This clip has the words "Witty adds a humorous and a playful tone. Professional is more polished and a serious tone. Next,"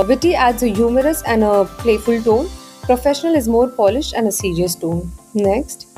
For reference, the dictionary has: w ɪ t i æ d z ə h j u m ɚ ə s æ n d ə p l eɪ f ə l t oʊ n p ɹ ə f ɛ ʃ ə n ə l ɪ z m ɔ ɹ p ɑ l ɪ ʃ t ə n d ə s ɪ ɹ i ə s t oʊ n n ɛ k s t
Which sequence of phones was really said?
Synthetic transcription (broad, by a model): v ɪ t i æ d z ə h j u m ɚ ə s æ n d ə p l eɪ f ə l t oʊ n p ɹ ə f ɛ ʃ ə n ə l ɪ z m ɔ ɹ p ɑ l ɪ ʃ t ə n d ə s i ɹ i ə s t oʊ n n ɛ k s t